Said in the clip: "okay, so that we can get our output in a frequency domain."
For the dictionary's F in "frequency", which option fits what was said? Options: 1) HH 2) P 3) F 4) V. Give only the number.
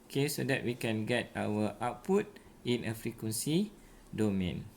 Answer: 3